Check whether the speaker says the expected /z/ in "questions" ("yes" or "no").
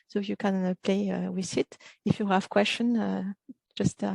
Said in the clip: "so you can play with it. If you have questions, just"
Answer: no